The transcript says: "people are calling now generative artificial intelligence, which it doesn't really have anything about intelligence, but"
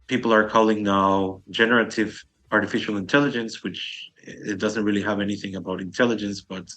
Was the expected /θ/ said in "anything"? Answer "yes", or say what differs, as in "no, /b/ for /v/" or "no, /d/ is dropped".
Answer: yes